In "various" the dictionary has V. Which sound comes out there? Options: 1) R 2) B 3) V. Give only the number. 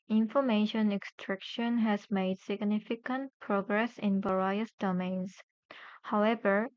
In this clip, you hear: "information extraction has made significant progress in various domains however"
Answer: 2